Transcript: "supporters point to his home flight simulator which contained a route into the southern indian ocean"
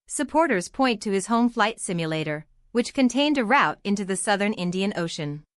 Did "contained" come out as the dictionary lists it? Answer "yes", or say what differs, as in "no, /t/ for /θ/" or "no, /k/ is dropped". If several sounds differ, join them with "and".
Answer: yes